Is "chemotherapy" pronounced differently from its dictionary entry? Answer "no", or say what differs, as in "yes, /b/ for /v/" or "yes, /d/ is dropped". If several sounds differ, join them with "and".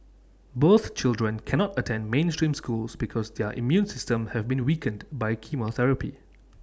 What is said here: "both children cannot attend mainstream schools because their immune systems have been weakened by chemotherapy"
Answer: no